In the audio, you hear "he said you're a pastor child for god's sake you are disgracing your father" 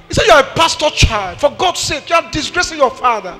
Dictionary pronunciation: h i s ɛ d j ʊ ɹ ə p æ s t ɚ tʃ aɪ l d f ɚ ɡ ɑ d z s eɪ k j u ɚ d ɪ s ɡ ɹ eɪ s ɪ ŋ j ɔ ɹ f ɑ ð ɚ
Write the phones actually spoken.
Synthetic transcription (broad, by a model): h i s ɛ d j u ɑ ə p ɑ s t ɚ tʃ aɪ l d f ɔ ɡ ɑ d s eɪ k j u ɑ d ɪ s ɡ ɹ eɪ s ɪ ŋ j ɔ f ɑ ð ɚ